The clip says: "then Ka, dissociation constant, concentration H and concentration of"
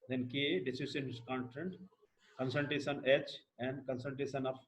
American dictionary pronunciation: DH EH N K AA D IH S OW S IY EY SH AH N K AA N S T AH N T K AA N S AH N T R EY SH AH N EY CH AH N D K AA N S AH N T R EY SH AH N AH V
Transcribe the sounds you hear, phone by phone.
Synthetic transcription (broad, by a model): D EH N K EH D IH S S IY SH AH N K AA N T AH N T K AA N S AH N T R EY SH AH N EY CH AH N D K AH N S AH L T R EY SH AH N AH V